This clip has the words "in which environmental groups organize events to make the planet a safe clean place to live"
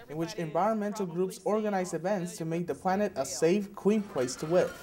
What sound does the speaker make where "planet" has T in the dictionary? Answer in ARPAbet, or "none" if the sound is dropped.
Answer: T